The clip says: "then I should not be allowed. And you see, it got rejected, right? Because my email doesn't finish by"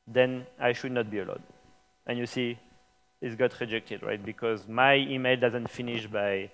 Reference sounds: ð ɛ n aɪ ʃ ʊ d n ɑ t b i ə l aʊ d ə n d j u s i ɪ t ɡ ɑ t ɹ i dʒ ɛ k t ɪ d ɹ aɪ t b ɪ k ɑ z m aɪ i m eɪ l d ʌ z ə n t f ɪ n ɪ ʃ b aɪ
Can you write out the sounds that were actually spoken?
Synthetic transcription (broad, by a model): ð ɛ n aɪ ʃ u d n ɑ t b i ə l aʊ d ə n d j u s i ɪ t ɡ ɑ t ɹ i dʒ ɛ k t ɪ d ɹ aɪ t b ɪ k ɑ z m aɪ i m eɪ l d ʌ z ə n t f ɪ n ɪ ʃ b aɪ